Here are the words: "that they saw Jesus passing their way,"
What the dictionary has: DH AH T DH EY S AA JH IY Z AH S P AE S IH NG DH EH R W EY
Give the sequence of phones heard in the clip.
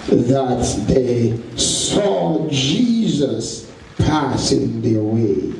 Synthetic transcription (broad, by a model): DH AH T DH EY S AA JH IY Z AH S P AE S IH NG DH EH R W EY